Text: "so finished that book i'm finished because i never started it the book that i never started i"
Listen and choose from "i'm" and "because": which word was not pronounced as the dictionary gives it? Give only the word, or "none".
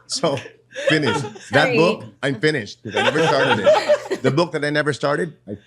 because